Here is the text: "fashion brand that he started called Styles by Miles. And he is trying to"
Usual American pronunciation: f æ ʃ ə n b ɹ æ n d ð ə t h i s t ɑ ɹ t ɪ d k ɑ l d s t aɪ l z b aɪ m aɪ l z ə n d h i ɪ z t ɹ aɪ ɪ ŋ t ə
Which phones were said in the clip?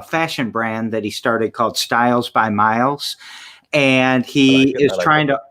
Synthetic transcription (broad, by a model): f æ ʃ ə n b ɹ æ n ð ə t h i s t ɑ ɹ t ɪ d k ɑ l d s t aɪ l z b aɪ m aɪ l z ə n i ɪ z t ɹ aɪ ɪ ŋ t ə